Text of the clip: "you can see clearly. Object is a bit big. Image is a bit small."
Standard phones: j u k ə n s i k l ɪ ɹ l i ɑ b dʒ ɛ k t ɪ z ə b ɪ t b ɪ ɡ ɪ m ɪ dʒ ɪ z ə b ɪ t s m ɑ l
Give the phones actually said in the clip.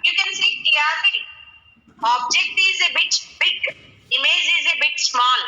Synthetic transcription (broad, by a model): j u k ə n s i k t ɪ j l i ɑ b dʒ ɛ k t ɪ z ə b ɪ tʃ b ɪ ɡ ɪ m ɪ z ɪ z ə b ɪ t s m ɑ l